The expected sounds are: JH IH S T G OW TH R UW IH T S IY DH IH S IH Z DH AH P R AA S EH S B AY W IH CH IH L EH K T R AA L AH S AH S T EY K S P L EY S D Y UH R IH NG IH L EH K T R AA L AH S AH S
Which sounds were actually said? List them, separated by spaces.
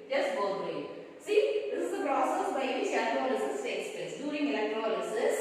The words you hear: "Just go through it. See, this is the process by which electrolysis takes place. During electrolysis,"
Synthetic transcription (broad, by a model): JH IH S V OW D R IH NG S IY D IH S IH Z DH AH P R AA S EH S B AY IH IH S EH T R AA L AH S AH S S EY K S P EY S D Y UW R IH NG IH L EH K T R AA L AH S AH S